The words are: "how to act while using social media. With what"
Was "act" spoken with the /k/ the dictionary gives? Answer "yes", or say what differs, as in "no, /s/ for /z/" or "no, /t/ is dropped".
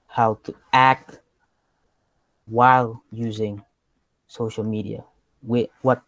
yes